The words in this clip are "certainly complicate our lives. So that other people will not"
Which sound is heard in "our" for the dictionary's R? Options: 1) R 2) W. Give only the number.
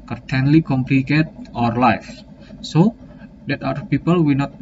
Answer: 1